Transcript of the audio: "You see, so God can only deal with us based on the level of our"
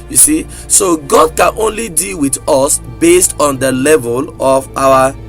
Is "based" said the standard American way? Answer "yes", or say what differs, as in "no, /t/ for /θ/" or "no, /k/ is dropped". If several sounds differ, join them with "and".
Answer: yes